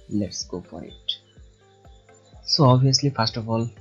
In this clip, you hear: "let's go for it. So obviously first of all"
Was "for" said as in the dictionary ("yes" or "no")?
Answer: no